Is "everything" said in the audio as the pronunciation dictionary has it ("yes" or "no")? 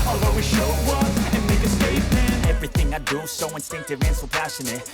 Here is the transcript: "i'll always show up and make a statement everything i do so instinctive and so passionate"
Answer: yes